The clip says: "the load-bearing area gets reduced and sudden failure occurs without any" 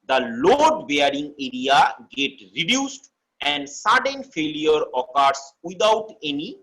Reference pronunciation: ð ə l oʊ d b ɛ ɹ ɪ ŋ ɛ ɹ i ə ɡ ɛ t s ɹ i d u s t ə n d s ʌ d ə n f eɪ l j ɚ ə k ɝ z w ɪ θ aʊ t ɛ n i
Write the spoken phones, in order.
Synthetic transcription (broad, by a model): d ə l oʊ d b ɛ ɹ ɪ ŋ ɛ ɹ i ə ɡ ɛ t ɹ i d u s t ə n d s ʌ d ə n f eɪ l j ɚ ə k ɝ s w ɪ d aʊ t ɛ n i